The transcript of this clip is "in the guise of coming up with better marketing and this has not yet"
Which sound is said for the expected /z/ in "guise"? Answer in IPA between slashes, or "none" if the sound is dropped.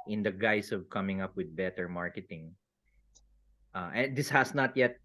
/s/